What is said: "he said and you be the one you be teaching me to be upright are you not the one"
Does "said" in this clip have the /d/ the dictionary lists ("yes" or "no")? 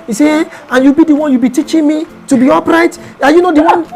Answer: no